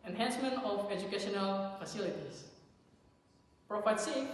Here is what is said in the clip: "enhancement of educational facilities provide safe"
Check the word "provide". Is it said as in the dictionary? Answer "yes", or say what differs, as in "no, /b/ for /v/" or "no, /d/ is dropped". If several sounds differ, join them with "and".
no, /f/ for /v/